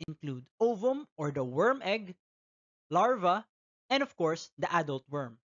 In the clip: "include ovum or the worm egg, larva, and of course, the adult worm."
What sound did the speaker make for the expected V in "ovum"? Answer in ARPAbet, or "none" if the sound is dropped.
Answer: V